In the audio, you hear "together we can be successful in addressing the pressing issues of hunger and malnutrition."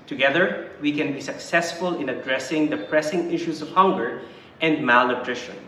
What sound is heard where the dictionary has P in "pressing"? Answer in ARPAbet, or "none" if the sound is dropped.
P